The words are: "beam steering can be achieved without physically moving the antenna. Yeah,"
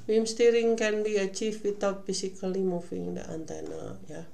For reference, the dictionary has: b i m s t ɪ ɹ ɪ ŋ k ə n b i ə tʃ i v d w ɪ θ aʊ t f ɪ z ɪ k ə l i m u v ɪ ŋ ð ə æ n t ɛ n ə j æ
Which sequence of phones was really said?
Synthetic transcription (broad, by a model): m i m s t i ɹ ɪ ŋ k ə n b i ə tʃ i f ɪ t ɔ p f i s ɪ k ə l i m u f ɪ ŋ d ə æ n t ɛ n ə j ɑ